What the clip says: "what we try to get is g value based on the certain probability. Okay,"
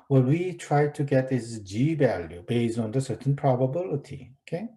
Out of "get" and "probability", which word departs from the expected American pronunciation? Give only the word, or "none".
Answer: none